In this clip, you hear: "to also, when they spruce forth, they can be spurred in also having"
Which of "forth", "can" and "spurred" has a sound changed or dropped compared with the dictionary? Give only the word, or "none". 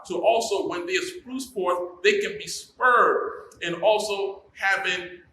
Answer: forth